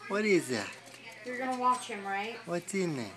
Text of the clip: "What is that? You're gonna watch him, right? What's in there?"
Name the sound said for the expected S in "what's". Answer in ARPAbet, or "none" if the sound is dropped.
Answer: none